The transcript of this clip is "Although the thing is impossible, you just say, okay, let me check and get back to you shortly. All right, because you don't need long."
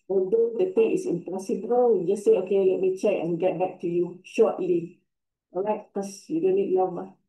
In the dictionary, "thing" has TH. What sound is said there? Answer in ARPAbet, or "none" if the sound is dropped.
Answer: T